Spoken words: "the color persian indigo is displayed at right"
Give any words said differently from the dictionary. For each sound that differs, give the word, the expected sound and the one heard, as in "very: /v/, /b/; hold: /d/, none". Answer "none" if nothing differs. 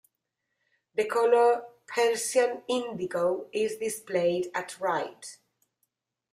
persian: /ʒ/, /s/